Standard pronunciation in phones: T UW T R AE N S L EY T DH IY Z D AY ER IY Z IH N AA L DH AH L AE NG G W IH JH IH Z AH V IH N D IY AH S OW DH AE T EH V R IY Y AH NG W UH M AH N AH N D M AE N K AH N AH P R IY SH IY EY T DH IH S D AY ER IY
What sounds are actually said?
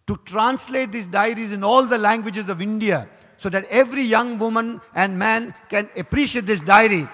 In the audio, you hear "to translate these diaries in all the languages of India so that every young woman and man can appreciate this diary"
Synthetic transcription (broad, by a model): T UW T R AE N S L EY T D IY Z D AY ER IY Z IH N AA L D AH L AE NG G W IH JH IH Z AH V IH N D IY AH S OW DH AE T EH V R IY Y AH NG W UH M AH N AH N D M AE N K AH N AH P R IY SH IY EY T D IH S D AY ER IY